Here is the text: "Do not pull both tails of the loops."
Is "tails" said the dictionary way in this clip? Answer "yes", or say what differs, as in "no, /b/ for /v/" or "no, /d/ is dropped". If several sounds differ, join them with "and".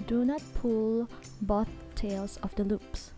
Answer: no, /s/ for /z/